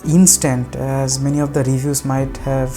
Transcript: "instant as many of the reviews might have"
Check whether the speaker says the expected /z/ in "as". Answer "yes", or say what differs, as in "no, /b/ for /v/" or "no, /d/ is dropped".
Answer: yes